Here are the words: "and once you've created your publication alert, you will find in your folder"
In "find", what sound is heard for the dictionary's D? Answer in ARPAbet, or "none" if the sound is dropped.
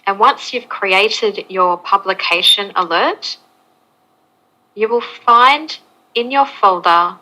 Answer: D